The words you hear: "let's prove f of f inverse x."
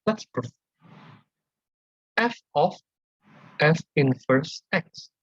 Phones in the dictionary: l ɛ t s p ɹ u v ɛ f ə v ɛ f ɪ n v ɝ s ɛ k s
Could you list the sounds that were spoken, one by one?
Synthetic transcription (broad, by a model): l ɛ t s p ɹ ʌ f ɛ f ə f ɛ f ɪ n f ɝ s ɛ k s